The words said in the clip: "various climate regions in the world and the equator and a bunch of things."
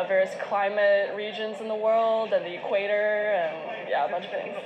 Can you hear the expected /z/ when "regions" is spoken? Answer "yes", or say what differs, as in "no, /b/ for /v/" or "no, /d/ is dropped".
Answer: yes